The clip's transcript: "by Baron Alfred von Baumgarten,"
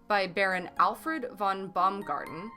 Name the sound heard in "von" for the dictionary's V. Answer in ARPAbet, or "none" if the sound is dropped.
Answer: V